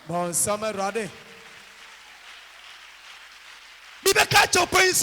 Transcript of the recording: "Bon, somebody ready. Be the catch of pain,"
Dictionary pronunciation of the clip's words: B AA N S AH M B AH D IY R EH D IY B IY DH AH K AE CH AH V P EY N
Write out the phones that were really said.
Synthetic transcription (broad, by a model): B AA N S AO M AH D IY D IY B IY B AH K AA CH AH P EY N